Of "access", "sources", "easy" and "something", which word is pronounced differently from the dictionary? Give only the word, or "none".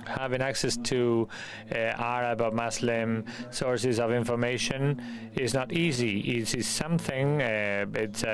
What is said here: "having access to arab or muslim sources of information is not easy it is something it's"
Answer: none